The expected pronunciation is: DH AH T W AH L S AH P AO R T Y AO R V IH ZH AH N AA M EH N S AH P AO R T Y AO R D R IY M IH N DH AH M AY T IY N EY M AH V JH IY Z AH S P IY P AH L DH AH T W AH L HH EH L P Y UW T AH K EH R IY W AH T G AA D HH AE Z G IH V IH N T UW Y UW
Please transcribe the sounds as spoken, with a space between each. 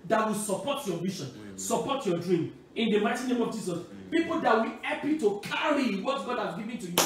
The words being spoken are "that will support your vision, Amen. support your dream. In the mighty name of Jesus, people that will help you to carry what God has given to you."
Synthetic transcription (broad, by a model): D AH T W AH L S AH P AO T Y AO V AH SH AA N S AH P AO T Y AO D R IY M IH N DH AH M AY T IY N EY M AH V JH IY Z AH S P IY P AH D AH T W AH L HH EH P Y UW T AH K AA R IY W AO T G AA D HH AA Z G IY V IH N T UW Y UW